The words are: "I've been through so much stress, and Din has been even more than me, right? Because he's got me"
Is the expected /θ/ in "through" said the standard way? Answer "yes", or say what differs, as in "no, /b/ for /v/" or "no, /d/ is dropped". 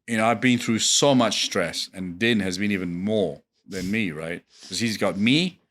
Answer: yes